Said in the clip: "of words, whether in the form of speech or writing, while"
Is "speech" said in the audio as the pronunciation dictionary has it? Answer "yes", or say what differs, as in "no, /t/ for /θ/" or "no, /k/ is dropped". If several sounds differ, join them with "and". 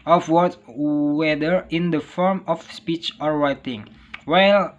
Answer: yes